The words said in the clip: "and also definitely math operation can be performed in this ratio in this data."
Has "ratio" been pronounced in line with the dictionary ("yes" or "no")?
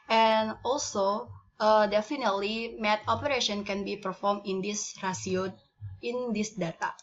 no